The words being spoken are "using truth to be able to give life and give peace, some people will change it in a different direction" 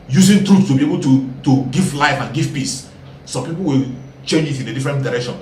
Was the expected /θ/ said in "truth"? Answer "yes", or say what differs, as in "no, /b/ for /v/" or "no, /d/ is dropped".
no, /s/ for /θ/